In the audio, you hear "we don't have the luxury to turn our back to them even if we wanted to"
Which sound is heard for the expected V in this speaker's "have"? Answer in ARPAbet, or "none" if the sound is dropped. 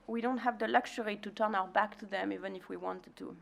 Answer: V